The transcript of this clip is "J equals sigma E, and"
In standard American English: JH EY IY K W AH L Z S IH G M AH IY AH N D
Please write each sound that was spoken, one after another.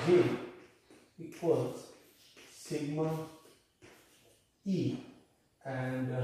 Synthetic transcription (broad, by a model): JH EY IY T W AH Z S IH G M AH IY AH N D